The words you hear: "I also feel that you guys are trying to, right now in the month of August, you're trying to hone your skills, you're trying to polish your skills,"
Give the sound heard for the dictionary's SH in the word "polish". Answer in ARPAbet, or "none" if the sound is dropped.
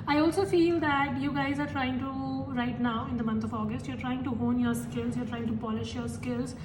SH